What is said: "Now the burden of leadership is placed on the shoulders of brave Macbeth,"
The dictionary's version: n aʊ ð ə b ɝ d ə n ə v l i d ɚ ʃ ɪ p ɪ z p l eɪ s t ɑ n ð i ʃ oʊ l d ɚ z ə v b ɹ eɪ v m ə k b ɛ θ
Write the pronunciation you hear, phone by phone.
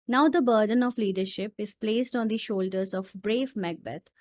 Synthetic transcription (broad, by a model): n aʊ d ə b ɝ d ə n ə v l i d ɚ ʃ ɪ p ɪ z p l eɪ s t ɑ n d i ʃ oʊ l d ɚ z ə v b ɹ eɪ v m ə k b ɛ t